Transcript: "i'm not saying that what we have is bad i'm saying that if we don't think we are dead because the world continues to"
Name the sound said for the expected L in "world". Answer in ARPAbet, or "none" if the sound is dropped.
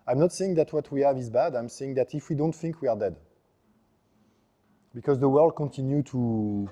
L